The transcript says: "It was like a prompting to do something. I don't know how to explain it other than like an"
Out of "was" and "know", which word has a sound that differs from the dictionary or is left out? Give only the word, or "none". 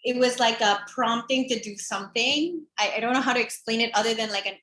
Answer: none